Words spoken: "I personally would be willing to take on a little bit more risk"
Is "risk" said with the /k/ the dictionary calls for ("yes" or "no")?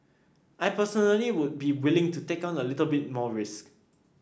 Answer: yes